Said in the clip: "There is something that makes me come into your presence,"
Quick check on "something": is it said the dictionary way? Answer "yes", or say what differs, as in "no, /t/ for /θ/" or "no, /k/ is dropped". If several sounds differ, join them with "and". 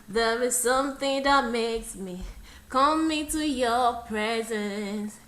yes